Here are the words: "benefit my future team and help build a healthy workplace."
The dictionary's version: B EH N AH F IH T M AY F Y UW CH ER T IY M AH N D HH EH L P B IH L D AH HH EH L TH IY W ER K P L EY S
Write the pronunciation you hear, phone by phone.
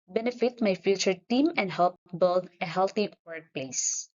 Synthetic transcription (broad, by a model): B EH N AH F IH T M AY F Y UW CH ER T IY M AH N D HH EH L P B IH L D AH HH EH L T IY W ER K P L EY S